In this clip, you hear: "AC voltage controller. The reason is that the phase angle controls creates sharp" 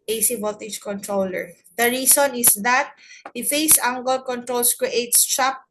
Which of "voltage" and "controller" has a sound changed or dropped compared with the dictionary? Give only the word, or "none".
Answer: voltage